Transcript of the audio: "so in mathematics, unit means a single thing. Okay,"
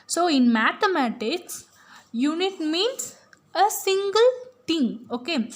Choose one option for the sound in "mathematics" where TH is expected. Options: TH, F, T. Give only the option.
T